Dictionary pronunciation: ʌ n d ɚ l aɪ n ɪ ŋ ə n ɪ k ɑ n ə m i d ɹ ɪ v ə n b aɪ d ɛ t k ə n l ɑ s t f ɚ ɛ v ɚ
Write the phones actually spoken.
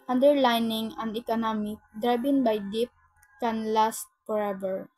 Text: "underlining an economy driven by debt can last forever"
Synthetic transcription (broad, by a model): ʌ n d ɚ l aɪ n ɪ ŋ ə n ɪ k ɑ n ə m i d ɹ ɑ b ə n b aɪ d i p k ə n l ɑ s t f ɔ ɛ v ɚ